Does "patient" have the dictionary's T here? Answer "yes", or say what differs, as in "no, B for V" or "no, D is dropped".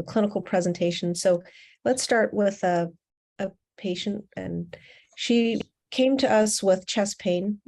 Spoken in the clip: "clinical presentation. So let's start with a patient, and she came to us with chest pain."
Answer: yes